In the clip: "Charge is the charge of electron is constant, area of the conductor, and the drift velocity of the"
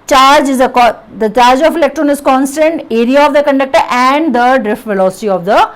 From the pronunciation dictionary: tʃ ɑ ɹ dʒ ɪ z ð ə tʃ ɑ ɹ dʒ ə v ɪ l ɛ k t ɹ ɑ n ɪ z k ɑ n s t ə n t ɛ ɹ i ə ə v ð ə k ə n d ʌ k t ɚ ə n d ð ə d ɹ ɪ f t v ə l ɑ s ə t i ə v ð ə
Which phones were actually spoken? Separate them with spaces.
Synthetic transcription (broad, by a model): tʃ ɑ ɹ dʒ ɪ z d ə tʃ ɑ ɹ dʒ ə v ɪ l ɛ k t ɹ ɑ n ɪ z k ɑ n s t ə n t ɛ ɹ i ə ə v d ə k ə n d ʌ k t ɚ ə n d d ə d ɹ ɪ f t v ə l ɑ s ə t i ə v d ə